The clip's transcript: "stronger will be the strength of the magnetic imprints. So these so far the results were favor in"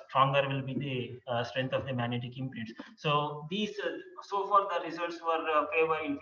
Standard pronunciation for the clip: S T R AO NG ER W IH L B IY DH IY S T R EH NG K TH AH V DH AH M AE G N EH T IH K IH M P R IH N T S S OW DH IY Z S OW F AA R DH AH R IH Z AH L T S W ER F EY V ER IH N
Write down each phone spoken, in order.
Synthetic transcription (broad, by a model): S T R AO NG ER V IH L B IY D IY S T R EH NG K T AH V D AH M AE G N EH T IH K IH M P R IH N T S S OW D IY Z S OW F AA R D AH R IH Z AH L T S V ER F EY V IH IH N